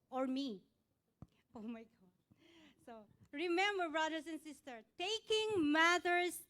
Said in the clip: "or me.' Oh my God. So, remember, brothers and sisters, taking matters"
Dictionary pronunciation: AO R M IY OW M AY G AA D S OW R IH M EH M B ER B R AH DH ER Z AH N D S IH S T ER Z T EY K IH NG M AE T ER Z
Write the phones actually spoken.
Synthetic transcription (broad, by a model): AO R M IY OW M AY G AA D S OW R IH M EH M B ER B R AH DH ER S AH N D S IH S T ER T EY K IH NG M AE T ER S